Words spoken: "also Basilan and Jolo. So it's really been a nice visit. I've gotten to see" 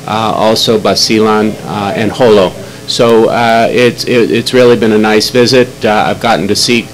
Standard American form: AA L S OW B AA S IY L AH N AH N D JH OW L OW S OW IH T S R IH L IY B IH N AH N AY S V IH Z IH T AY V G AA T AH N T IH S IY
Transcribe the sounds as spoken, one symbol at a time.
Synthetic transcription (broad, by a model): AA L S OW B AA S IY L AH N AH N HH OW L OW S OW IH T S R IH L IY B IH N AH N AY S V IH Z IH T AY V G AA T N T IH S IY